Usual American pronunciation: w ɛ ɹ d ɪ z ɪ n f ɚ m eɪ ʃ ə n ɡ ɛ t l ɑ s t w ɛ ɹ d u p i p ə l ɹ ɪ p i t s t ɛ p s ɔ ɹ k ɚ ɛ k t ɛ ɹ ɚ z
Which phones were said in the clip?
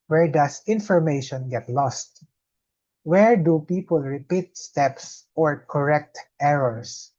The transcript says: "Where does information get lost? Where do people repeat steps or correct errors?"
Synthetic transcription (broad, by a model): w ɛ ɹ d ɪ s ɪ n f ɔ m eɪ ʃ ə n ɡ ɛ t l ɑ s t w ɛ ɹ d u p i p ə l ɹ ɪ p i t s t ɛ p s ɔ ɹ k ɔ ɛ k t ɛ ɹ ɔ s